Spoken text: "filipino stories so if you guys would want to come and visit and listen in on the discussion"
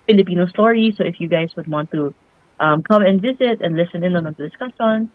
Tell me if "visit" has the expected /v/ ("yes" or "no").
yes